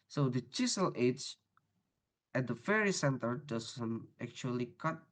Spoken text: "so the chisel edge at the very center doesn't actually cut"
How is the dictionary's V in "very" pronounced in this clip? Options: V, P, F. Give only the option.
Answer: F